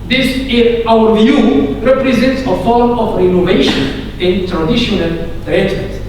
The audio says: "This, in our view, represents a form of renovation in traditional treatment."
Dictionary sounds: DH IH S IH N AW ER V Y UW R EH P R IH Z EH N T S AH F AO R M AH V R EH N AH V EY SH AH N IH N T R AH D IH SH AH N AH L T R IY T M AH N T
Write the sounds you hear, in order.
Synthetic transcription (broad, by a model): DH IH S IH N AW ER V Y UW R EH P R IH Z EH N T S AH F AO R M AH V R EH N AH V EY SH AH N IH N T R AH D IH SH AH N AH L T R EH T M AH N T